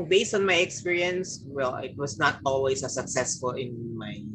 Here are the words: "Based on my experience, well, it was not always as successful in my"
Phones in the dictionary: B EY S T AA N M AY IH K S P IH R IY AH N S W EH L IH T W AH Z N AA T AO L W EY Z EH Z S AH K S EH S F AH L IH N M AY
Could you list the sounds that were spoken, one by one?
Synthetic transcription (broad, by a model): B EY S T AA N M AY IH K S P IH R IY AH N S W EH L IH T W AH S N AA T AO L W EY S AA S AH K S EH S F AH L IH N M AY